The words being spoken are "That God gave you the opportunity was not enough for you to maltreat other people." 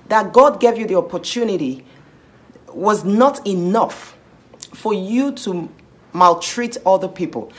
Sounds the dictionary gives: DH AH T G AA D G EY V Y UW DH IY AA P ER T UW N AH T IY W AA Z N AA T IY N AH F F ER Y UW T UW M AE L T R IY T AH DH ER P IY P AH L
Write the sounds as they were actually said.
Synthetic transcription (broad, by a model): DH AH T G AA D G EY V Y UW DH IY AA P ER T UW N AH T IY W AA Z N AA T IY N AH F F ER Y UW T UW M AE L T R IY T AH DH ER P IY P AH L